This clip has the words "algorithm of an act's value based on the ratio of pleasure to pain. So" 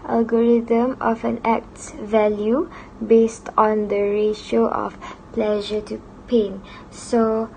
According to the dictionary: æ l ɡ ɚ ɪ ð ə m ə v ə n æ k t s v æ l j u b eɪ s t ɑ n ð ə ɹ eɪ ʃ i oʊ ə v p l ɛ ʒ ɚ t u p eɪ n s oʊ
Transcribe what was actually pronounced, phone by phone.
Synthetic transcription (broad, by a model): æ l ɡ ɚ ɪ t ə m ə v ə n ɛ k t s v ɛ l j u b eɪ s t ɑ n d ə ɹ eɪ ʃ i oʊ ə f p l ɛ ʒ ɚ t u p eɪ n s oʊ